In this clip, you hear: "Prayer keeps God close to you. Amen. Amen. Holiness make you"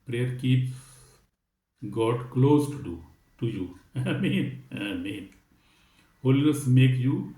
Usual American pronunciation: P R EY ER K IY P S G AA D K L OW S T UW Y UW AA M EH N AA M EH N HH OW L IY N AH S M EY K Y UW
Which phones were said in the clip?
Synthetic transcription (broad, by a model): P R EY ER K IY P G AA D K L OW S T UW Y UW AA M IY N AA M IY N HH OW L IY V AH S M EY K Y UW